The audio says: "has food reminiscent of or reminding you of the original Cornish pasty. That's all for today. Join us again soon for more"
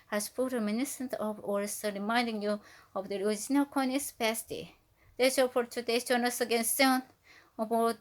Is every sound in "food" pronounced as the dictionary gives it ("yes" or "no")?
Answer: no